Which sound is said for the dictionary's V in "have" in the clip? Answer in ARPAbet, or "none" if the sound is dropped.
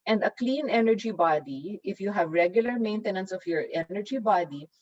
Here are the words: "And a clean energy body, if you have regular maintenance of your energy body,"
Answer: V